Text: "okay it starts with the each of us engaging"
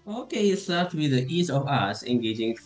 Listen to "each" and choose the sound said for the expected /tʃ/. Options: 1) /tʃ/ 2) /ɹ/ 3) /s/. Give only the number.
3